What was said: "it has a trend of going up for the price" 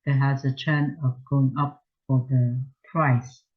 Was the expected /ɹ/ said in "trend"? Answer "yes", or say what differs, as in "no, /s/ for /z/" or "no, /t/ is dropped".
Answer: no, /ɹ/ is dropped